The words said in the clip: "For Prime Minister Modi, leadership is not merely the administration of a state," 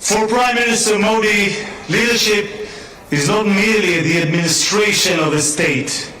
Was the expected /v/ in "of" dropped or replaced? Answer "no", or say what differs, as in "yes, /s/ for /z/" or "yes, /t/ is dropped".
no